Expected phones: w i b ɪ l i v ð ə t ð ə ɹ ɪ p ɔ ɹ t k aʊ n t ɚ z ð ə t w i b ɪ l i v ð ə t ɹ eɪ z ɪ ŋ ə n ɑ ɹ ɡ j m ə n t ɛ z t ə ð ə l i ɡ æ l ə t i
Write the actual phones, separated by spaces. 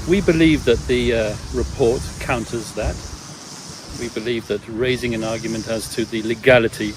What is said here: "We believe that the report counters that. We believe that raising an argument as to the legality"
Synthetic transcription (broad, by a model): w i b ɪ l i v ð ə t ð ə ɹ ɪ p ɔ ɹ t k aʊ n t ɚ z ð ə t w i b ɪ l i v ð ə t ɹ eɪ z ɪ ŋ ə n ɑ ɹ ɡ j m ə n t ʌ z t ə ð ə l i ɡ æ l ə t i